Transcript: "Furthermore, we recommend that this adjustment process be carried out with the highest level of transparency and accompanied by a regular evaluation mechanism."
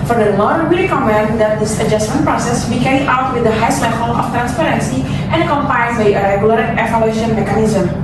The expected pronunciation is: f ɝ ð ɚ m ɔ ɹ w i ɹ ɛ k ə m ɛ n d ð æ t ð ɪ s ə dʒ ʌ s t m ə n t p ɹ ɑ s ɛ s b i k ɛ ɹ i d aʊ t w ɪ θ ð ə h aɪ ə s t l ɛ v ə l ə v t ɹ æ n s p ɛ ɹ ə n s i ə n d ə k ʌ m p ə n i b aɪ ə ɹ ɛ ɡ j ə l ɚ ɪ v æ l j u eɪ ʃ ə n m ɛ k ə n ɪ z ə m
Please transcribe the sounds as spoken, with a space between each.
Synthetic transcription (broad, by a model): f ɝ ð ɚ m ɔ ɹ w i ɹ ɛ k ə m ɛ n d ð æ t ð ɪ s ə dʒ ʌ s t m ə n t p ɹ ɑ s ɛ s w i k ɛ ɹ i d aʊ t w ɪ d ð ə h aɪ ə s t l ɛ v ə l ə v t ɹ æ n s p ɛ ɹ ə n s i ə n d k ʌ m p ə i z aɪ ə ɹ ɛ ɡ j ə l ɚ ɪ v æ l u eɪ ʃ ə n m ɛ k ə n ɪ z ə m